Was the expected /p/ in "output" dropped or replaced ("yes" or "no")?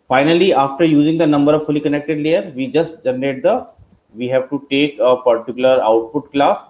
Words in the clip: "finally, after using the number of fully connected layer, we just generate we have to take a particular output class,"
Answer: no